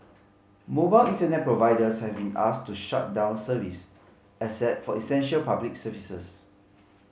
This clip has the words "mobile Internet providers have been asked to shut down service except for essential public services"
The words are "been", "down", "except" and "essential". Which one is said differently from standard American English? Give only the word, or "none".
except